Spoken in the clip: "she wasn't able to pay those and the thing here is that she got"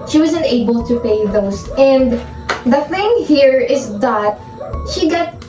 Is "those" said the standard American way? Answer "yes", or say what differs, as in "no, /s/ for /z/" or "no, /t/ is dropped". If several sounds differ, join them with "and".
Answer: no, /s/ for /z/